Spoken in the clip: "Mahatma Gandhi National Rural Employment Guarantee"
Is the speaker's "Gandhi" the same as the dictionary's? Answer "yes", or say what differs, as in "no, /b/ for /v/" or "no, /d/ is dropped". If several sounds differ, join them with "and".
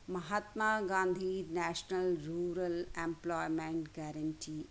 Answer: yes